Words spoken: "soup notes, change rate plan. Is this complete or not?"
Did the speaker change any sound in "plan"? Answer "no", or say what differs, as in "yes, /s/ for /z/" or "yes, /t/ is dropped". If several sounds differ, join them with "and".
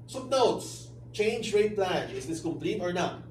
no